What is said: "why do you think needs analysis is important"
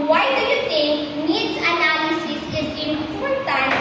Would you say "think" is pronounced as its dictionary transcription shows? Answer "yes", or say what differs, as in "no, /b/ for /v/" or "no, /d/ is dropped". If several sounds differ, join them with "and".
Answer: no, /t/ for /θ/